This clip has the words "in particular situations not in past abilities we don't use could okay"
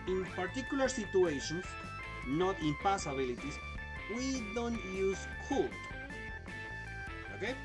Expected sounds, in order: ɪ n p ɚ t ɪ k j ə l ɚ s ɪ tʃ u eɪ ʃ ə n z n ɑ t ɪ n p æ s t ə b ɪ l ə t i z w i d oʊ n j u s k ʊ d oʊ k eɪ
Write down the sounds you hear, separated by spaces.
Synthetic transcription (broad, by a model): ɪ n p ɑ t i k j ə l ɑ s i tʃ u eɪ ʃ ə n s n ɑ t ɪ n p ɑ s ə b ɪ l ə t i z w i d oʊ n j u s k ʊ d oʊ k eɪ